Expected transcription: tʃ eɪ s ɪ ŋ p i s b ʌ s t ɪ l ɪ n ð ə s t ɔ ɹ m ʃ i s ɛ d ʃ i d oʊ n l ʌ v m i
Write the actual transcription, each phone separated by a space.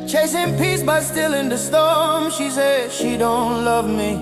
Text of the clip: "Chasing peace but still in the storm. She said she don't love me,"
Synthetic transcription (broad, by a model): tʃ eɪ s ɪ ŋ p i s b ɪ s t ɪ l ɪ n ð ə s t ɔ ɹ m ʃ i s ɛ d ʃ i d oʊ n l ʌ v m i